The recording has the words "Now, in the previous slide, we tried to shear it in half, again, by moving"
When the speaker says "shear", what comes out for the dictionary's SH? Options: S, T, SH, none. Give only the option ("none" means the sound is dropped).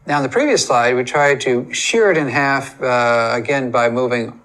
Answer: SH